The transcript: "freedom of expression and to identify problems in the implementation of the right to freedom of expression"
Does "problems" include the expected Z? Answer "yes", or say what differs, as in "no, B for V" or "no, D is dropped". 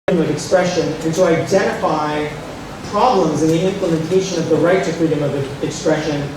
yes